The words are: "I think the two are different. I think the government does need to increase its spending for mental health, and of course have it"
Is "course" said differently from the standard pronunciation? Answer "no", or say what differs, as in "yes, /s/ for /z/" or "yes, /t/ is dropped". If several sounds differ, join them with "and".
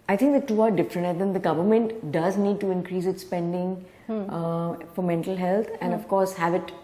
no